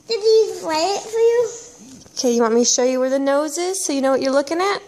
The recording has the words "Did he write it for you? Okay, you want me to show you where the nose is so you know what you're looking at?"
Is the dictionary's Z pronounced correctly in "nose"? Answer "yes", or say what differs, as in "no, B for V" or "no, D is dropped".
yes